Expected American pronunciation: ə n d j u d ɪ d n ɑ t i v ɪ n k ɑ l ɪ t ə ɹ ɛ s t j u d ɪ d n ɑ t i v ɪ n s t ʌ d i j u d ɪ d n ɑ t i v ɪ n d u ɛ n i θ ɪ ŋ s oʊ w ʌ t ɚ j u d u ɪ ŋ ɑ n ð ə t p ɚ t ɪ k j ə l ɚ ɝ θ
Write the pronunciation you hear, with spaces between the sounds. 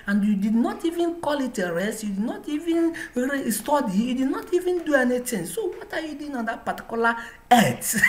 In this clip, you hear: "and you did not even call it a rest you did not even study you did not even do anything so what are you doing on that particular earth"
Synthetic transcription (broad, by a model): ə n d j u d ɪ d n ɑ t i v ɪ n k ɑ l ɪ t ə ɹ ɛ s t j u d ɪ d n ɑ t i v ɪ n s t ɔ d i j u d ɪ d n ɑ t i v ɪ n d u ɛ n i t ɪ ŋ s oʊ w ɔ t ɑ j u d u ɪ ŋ ɑ n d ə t p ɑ t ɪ k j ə l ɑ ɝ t